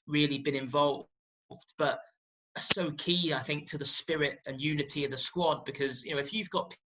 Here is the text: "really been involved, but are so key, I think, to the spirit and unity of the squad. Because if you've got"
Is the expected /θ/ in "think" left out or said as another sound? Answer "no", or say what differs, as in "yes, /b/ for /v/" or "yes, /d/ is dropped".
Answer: no